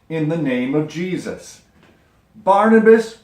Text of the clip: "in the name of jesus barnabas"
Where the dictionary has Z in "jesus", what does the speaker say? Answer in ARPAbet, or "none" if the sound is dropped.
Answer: Z